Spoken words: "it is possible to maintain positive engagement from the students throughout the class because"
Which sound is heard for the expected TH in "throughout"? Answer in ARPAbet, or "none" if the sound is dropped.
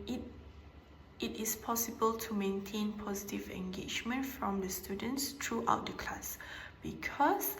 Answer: T